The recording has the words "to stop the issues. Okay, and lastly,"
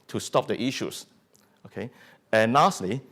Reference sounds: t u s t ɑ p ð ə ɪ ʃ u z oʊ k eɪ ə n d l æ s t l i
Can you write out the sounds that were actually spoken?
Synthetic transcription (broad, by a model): t u s t ɑ p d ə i ʃ u s oʊ k eɪ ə n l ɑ s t l i